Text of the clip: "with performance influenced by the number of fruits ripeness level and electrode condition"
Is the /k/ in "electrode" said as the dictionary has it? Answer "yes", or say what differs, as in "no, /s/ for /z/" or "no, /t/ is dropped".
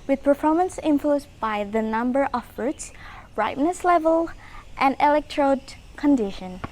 yes